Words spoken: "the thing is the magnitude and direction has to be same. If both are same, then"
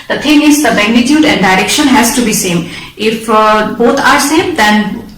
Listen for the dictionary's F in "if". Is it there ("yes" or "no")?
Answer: yes